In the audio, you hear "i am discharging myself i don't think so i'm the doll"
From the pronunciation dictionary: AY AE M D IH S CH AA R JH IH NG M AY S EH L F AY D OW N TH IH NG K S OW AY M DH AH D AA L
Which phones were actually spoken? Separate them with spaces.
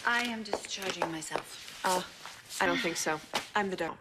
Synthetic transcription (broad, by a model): AY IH M D IH S CH AA R JH IH NG M AY S EH L F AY D OW N TH IH NG K S OW AY M DH AH D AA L